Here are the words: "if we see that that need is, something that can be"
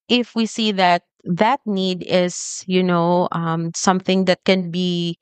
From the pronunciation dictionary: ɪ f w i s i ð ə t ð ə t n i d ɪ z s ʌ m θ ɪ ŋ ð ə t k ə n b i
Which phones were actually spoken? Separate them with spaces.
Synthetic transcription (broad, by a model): ɪ f w i s i ð ə t ð ə t n i d ɪ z s ʌ m θ ɪ ŋ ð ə t k ə n b i